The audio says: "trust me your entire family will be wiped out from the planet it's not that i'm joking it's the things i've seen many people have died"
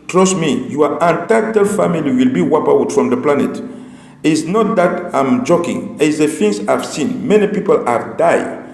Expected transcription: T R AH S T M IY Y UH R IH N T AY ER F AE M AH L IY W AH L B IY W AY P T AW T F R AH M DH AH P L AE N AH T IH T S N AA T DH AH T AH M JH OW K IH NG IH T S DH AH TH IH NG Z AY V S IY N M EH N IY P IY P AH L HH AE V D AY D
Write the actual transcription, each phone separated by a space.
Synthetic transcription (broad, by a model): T R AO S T M IY Y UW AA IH N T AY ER F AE M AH L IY W AH L B IY W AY P AW T F R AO M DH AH P L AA N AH T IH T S N AA T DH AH T AH M JH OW K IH NG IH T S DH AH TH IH NG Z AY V S IY N M EH N IY P IY P AH L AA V D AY